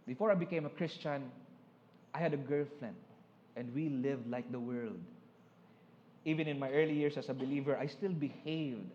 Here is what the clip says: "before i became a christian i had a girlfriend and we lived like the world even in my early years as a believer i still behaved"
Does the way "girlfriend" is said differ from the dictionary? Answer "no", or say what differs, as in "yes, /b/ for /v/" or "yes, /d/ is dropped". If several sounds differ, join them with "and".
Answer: yes, /l/ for /ɹ/